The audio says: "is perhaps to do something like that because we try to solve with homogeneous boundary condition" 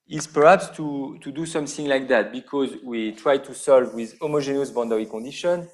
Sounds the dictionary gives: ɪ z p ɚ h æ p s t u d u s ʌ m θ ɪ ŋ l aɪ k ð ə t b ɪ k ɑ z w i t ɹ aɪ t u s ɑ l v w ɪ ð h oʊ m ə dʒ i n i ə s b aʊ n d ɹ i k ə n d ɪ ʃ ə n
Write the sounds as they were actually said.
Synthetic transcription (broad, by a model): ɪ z p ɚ h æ p s t u d u s ʌ m θ ɪ ŋ l aɪ k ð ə t b ɪ k ɑ z w i t ɹ aɪ t u s ɑ l v w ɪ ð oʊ m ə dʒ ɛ n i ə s b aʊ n d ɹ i k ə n d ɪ ʃ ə n